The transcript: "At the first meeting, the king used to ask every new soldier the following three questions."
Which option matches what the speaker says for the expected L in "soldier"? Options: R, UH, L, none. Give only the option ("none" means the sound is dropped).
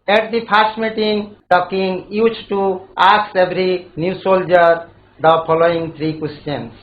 L